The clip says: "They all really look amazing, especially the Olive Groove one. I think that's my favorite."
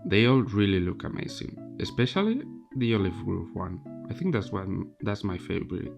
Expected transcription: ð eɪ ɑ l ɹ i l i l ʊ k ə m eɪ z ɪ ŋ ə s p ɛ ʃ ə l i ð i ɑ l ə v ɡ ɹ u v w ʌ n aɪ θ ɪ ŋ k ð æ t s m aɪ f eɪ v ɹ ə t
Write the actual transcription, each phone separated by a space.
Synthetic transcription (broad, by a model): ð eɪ ɑ l ɹ i l i l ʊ k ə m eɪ s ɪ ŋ ə s p ɛ ʃ ə l i ð i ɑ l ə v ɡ ɹ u p w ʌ n aɪ θ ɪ ŋ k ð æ t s m aɪ f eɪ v ɹ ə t